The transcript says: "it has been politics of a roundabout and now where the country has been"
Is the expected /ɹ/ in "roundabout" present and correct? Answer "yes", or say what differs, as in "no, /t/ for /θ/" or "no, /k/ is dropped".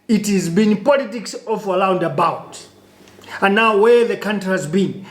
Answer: no, /l/ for /ɹ/